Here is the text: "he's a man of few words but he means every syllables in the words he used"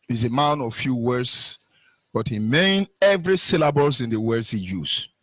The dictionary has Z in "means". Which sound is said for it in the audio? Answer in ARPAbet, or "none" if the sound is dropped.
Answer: none